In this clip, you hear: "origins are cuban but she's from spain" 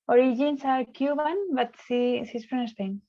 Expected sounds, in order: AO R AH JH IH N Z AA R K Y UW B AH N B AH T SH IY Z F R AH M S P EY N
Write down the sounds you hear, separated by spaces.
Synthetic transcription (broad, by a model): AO R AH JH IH N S AA R K Y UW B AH N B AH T S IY S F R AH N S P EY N